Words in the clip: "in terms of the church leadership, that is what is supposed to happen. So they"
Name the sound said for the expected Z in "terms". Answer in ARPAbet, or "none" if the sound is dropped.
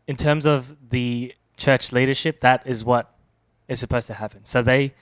Z